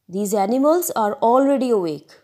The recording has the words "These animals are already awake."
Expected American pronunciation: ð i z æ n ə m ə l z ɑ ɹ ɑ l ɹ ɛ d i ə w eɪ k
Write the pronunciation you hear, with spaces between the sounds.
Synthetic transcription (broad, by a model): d i z æ n ə m ə l z ɑ ɹ ɑ l ɹ ɛ d i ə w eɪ k